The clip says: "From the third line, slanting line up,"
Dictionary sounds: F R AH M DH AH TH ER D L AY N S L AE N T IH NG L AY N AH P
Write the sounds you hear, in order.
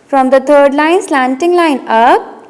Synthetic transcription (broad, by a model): F R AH M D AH T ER D L AY N S L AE N T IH NG L AY N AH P